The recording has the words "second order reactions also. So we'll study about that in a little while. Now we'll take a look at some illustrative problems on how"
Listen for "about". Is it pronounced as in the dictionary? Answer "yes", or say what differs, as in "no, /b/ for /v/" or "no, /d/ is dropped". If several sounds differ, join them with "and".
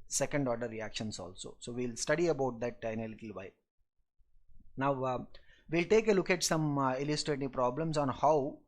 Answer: yes